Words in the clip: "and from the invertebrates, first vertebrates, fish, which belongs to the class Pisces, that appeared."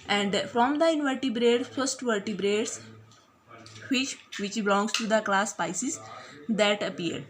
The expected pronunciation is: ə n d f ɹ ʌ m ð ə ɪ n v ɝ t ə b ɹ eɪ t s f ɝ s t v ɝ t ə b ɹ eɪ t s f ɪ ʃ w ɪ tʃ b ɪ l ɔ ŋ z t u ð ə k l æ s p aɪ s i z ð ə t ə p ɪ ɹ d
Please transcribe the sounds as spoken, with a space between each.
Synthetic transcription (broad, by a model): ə n d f ɹ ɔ m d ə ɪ n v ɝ t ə b ɹ eɪ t f ɝ s t v ɝ t ə b ɹ eɪ t s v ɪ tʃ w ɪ tʃ b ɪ l ɔ ŋ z t u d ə k l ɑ s p aɪ s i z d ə t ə p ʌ ɹ d